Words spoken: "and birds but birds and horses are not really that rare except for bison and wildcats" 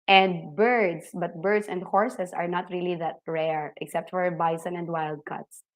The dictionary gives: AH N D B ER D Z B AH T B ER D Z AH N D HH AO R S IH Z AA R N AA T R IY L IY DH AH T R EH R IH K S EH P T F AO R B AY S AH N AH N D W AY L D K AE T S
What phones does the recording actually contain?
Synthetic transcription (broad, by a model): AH N D B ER D S B AH T B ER D S AH N D HH AO R S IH S AA R N AA T R IY L IY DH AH T R EH R IH K S EH P T F AO R B AY S AH N AH N D W AY L D K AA T S